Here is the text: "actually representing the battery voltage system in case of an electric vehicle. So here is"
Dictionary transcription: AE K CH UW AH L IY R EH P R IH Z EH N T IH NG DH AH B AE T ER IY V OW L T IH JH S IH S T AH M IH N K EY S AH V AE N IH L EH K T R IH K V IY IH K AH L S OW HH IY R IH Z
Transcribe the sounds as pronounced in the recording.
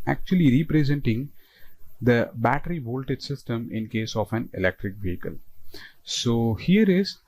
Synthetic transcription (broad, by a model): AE K CH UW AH L IY R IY P R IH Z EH N T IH NG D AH B AE T ER IY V OW L T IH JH S IH S T AH M IH N K EY S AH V AE N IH L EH K T R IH K V IY IH K AH L S OW HH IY R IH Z